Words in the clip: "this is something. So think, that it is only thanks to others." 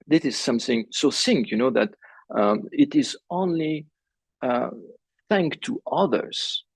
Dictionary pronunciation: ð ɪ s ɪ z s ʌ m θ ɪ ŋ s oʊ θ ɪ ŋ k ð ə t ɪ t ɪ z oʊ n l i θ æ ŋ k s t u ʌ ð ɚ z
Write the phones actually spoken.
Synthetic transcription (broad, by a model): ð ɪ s ɪ z s ʌ m θ ɪ ŋ s oʊ s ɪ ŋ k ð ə t ɪ t ɪ z oʊ n l i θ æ ŋ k t u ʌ ð ɚ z